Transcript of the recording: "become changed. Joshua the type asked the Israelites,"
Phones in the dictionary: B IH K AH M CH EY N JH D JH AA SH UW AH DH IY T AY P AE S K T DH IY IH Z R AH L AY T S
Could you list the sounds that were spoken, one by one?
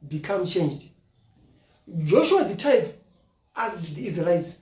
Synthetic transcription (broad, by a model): B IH K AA M CH EY N JH D JH AA SH UW AH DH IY T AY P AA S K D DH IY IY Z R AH L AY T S